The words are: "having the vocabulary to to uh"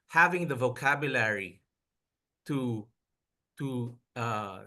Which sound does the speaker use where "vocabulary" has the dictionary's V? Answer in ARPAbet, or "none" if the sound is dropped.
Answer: V